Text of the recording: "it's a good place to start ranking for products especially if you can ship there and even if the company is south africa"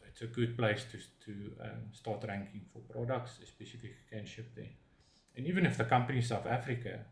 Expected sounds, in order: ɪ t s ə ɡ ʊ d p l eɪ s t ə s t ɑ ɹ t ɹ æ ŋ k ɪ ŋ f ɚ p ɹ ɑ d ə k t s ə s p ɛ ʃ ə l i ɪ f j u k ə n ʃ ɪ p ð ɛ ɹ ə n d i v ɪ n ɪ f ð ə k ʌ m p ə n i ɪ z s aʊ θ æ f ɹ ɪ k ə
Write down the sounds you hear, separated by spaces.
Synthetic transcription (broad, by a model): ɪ t s ə ɡ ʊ d p l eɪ s t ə s t ɑ t ɹ æ ŋ k ɪ ŋ f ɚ p ɹ ɑ d ə k t s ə s p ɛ s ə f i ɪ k k ə n ʃ ɪ p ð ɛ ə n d i v ɪ n ɪ f ð ə k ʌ m p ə n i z s aʊ θ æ f ɹ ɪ k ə